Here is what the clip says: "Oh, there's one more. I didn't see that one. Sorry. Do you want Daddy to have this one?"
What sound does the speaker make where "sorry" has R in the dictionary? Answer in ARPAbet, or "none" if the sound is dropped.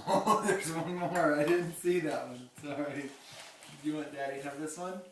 none